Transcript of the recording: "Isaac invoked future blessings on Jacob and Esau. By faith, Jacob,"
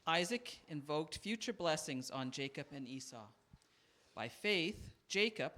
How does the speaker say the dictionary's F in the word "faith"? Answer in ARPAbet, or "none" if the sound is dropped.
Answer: F